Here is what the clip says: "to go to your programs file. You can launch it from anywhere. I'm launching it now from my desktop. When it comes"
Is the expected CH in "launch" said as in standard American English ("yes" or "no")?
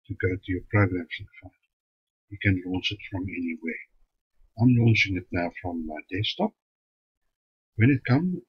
no